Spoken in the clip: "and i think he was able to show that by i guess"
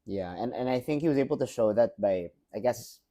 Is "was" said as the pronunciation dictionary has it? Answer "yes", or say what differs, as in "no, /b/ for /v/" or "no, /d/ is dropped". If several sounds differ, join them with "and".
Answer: yes